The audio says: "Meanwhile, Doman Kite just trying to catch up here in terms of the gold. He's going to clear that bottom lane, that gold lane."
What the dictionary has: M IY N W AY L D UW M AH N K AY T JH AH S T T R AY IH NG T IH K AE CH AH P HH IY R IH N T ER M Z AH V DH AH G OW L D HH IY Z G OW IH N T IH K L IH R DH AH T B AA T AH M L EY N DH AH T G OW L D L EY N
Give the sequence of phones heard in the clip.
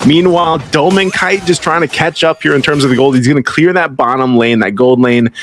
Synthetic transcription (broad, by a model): M IY N W AY L D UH M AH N K AY T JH AH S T T R AY IH NG T IH K AE CH AH P HH IY R IH N T ER M Z AH V DH AH G OW L D HH IY Z G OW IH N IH K L IH R DH AH T B AA T AH M L EY N DH AH T G OW L D L EY N